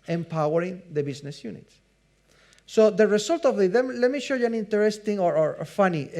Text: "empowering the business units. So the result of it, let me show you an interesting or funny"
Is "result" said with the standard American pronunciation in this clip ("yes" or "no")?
no